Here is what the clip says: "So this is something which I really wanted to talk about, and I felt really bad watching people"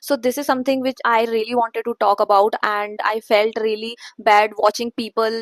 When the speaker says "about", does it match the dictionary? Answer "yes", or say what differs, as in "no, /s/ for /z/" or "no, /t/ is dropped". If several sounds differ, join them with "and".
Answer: yes